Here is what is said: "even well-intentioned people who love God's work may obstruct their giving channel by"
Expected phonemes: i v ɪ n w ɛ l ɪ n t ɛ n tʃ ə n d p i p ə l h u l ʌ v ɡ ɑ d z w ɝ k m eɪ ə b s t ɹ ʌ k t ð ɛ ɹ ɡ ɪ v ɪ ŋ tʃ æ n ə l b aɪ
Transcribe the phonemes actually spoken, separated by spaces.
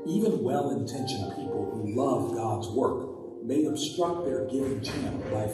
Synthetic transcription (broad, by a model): i v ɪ n w ɛ l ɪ n t ɛ n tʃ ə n p i p l h u l ʌ v ɡ ɑ d z w ɝ k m eɪ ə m s t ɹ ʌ k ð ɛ ɹ ɡ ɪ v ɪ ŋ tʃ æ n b aɪ